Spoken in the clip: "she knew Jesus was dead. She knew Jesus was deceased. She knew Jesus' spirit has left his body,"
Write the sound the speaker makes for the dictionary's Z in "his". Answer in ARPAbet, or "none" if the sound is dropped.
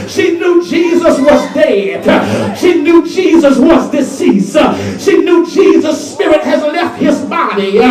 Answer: Z